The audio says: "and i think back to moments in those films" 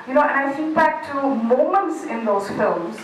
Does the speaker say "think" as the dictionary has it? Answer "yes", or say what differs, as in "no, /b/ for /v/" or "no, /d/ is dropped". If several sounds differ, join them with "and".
no, /s/ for /θ/ and /ŋ/ is dropped